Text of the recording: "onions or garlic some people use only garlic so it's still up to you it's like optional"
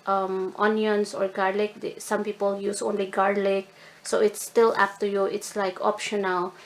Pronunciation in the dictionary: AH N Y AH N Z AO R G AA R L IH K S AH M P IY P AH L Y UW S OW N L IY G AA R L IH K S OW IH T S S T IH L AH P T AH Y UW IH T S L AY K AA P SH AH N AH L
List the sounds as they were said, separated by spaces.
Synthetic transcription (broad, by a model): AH N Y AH N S AO R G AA R L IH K S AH M P IY P AH L Y UW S OW N L IY G AA R L IH K S OW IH T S S T IH L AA F T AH Y UW IH T S L AY K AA P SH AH N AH L